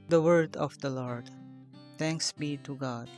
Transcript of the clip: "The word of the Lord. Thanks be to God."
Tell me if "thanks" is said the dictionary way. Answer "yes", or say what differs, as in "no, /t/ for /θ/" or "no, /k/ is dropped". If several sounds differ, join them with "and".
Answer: no, /t/ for /θ/